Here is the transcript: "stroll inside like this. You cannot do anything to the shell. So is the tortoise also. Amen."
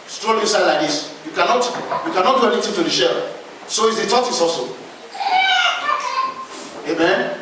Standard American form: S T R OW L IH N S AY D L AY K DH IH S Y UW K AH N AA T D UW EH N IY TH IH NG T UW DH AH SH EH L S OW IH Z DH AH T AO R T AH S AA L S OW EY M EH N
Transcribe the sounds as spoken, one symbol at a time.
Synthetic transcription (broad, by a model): S T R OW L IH S AY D L AY K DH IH S Y UW K AH N AA T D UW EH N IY T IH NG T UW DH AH SH EH L S OW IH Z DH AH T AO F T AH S AA L S OW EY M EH N